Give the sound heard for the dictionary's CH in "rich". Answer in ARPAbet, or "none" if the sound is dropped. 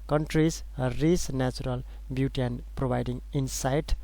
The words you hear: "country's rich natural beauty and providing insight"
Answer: S